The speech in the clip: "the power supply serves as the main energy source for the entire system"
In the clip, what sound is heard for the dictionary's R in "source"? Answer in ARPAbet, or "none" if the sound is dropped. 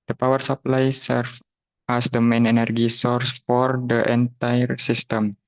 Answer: R